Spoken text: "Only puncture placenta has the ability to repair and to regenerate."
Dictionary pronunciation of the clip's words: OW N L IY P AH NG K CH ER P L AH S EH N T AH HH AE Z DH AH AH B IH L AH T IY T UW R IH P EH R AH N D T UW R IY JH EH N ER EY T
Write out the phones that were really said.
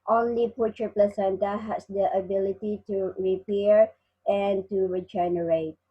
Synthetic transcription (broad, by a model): OW N L IY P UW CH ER P L AH S EH N T AH HH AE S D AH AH B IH L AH T IY T UW R IH P EH R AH N T UW R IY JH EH N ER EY T